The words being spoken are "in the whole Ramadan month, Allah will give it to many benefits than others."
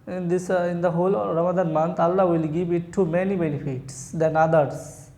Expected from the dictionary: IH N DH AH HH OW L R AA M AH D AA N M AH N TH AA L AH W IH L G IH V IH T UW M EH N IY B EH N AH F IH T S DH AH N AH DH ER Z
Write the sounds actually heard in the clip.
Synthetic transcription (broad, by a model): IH N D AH HH OW L R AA M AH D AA N M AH N T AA L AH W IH L G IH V IH T UW M EH N IY B EH N AH F IH T S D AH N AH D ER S